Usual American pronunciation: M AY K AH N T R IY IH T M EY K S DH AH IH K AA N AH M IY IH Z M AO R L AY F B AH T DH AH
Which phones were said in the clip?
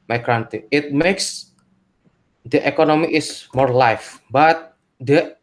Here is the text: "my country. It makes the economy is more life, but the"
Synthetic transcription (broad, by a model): M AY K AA N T IY IH T M EY K S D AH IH K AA N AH M IY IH S M AO R L AY F B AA T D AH